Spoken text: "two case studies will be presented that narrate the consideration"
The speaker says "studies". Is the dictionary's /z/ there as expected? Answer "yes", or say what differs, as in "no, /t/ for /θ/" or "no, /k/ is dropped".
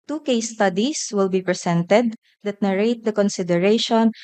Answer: no, /s/ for /z/